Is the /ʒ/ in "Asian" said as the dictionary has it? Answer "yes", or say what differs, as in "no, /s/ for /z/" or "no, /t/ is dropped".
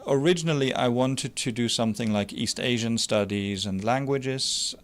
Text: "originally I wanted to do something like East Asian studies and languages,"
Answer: yes